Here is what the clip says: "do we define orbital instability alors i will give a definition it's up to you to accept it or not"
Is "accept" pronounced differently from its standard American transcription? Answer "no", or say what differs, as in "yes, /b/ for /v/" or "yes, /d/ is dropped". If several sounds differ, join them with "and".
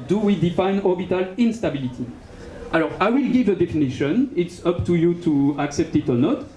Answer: no